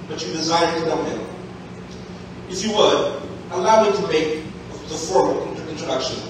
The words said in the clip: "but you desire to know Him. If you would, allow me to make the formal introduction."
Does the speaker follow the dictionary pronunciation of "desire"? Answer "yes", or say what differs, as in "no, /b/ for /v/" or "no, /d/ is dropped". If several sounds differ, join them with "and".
yes